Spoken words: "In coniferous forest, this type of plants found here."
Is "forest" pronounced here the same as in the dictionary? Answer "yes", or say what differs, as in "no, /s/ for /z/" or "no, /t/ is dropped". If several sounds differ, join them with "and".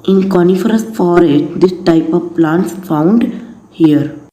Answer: no, /s/ is dropped